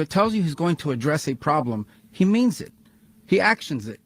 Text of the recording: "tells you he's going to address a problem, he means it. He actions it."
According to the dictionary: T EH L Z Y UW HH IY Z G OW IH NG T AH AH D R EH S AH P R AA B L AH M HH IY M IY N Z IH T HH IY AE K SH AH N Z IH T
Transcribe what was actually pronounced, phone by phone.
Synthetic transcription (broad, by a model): T EH L Z Y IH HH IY Z G OW IH NG T AH AH D R EH S AH P R AA B L AH M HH IY M IY N Z IH T HH IY AE K SH AH N Z IH T